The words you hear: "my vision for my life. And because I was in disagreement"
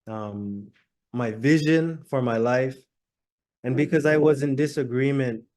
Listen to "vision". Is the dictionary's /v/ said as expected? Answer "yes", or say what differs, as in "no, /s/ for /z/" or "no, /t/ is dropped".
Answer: yes